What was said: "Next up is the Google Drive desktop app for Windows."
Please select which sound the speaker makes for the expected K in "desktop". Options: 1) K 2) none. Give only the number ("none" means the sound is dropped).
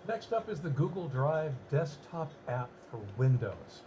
1